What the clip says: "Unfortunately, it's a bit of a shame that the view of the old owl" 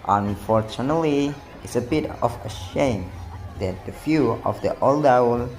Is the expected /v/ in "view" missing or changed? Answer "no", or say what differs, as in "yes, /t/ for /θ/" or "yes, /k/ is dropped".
yes, /f/ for /v/